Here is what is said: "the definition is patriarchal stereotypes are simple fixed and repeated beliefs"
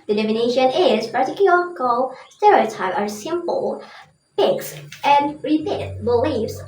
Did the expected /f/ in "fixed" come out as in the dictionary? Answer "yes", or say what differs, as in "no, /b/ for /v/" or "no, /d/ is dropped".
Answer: no, /p/ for /f/